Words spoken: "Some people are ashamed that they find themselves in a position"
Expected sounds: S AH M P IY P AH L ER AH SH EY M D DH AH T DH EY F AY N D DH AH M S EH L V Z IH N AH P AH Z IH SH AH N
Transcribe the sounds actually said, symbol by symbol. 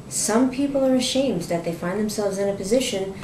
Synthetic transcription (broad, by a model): S AH M P IY P L ER AH SH EY M D DH AH T DH EY F AY N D DH AH M S EH L V Z IH N AH P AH Z IH SH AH N